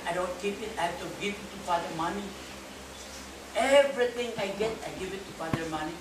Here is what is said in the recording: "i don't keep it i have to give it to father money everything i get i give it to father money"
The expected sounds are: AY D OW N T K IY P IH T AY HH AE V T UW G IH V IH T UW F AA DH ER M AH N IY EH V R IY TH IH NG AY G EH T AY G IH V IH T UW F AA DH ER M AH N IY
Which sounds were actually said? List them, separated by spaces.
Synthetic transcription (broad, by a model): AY D OW N T K IY P IH T AY HH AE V T UW G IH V IH T UW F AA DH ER M AH N IY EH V R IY T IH NG AY G EH T AY G IH V IH T UW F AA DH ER M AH N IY